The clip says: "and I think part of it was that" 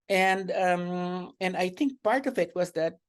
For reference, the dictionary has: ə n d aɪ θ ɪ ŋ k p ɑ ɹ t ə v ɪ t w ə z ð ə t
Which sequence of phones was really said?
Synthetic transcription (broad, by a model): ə n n aɪ θ ɪ ŋ k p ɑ ɹ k ə v ɪ t w ə z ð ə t